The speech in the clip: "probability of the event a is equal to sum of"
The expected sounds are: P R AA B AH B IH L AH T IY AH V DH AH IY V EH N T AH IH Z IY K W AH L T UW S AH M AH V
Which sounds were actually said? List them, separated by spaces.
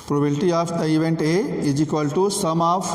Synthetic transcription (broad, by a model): P R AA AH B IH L T IY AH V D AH IY V EH N T AH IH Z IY K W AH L T UW S AH M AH